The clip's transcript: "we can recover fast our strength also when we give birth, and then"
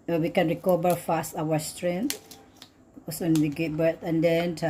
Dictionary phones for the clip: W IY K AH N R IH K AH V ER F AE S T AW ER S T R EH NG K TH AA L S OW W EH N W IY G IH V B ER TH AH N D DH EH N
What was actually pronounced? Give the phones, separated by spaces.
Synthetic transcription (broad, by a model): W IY K AH N R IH K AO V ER F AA S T AW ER S T R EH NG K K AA S W EH N W IY G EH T B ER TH AH N D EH N